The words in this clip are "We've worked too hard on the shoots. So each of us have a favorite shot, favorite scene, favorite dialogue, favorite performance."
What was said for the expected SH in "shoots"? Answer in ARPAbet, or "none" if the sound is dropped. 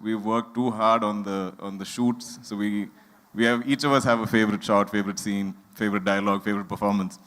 SH